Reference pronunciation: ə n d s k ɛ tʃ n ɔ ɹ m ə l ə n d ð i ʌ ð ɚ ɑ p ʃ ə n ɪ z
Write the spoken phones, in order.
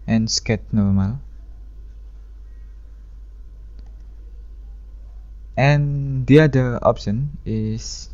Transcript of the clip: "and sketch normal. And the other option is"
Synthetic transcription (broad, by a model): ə n s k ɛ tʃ n ɔ ɹ m ə l ə n d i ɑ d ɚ ɑ p ʃ ə n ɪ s